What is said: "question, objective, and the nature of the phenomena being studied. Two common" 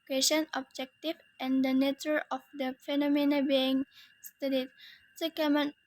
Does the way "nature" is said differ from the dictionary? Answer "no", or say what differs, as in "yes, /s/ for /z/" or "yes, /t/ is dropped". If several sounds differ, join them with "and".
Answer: no